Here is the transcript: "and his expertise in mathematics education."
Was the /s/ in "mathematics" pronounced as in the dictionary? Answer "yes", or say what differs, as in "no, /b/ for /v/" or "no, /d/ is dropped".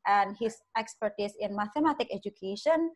no, /s/ is dropped